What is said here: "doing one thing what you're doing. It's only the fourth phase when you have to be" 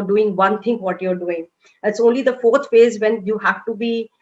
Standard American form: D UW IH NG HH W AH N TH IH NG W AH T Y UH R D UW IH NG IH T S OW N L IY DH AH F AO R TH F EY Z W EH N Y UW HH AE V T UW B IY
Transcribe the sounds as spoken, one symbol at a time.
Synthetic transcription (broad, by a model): D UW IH NG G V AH N T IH NG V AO T Y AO R D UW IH NG IH T S OW N L IY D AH F AO R T F EY Z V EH N Y UW HH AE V T UW B IY